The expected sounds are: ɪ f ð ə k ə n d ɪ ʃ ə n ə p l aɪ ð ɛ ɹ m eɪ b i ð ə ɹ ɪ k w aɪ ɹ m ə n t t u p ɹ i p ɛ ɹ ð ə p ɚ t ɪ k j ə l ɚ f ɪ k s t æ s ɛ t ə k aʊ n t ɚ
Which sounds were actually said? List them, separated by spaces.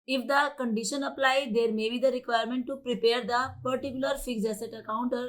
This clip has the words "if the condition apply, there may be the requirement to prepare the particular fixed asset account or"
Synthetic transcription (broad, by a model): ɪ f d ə k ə n d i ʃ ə n ə p l aɪ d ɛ ɹ m eɪ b i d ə ɹ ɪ k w aɪ ɹ m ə n t t u p ɹ i p ɛ ɹ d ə p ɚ t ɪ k j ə l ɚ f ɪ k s ʌ s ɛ t ə k aʊ n t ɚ